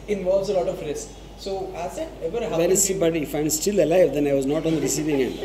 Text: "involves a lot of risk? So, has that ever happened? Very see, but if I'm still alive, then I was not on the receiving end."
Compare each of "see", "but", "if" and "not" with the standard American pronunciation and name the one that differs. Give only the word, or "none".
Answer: none